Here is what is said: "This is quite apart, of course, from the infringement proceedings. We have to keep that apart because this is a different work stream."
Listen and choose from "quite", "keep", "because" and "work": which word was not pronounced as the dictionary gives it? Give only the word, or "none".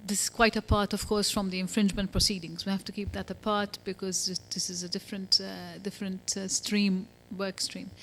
none